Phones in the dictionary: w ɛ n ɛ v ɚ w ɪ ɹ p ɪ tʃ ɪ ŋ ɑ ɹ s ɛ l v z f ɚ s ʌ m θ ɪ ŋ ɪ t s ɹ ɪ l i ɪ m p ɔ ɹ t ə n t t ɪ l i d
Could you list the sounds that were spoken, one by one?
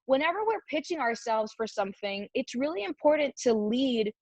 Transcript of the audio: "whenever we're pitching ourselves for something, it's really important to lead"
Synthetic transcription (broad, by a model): w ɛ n ɛ v ɚ w ɪ ɹ p ɪ tʃ ɪ ŋ ɑ ɹ s ɛ l v z f ɚ s ʌ m θ ɪ ŋ ɪ t s ɹ ɪ l i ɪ m p ɔ ɹ t n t t ɪ l i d